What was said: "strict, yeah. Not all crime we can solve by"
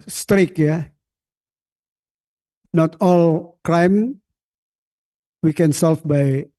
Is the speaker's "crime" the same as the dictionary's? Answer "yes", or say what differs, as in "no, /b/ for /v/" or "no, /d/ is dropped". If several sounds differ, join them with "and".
no, /l/ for /ɹ/